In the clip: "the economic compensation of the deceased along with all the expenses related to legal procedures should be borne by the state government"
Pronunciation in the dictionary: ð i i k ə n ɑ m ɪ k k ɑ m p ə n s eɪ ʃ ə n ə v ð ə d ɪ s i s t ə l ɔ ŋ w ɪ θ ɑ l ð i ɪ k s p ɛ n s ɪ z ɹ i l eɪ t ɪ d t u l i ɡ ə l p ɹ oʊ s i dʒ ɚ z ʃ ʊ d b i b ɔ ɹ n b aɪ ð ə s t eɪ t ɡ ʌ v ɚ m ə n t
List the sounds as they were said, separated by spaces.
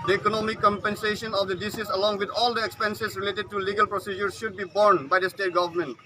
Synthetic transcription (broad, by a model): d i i k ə n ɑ m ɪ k k ɑ m p ə n s eɪ ʃ ə n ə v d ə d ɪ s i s ə l ɔ ŋ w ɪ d ɑ l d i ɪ k s p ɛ n s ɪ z ɹ i l eɪ t ɪ d t u l i ɡ ə l p ɹ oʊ s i dʒ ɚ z ʃ ʊ d b i b ɔ ɹ n b aɪ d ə s t eɪ t ɡ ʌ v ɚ m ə n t